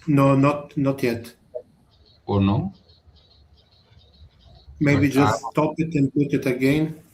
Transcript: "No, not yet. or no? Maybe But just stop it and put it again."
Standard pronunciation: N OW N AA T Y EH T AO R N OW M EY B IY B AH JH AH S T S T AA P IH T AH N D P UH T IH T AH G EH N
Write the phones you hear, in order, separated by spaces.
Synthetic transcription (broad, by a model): N OW N AA T Y EH T AO R N OW M EY IY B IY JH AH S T S T AA P IH T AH N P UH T IH T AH G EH N